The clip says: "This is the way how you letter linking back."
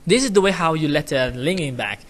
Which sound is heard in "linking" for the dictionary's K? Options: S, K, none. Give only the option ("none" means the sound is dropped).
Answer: none